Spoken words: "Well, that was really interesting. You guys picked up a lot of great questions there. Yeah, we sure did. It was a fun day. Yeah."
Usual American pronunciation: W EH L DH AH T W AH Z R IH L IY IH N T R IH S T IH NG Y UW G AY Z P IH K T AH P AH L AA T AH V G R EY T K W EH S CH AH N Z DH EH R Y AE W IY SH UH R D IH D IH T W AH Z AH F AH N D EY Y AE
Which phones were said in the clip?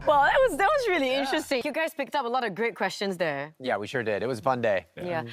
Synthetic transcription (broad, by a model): W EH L DH AH T W AH Z R IH L IY IH N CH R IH S T IH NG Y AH G AY Z P IH K T AH P AH L AA T AH V G R EY T K W EH S CH AH N Z DH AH R Y AE W IY SH UH R D IH D IH T W AH Z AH F AH N D EY Y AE